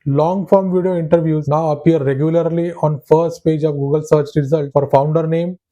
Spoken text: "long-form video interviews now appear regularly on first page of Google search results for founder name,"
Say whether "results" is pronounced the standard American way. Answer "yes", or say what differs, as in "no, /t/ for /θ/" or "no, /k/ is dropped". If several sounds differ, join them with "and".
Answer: no, /s/ is dropped